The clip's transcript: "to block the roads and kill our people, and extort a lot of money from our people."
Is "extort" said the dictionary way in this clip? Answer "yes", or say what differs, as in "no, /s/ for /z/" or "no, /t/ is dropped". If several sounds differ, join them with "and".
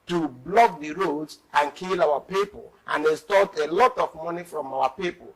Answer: no, /k/ is dropped